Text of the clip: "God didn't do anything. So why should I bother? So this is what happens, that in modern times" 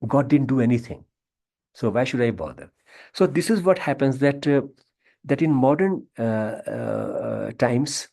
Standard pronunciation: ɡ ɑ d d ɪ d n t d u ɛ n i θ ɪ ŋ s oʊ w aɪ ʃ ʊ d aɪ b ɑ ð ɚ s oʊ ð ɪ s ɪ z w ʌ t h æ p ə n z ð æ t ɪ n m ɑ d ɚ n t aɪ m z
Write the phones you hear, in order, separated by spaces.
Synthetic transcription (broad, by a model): ɡ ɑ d d ɪ d n t d u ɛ n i t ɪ ŋ s oʊ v aɪ ʃ ʊ d aɪ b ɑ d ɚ s oʊ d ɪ s ɪ z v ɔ t h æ p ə n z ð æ t ɪ n m ɑ d ɚ n t aɪ m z